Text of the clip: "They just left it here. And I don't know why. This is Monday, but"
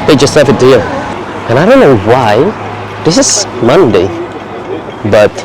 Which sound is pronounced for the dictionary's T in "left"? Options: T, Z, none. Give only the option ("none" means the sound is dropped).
none